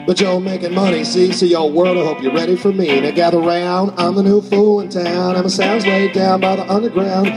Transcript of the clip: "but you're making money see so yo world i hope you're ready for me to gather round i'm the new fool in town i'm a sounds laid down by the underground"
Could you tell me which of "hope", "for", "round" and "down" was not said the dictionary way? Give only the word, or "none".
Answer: none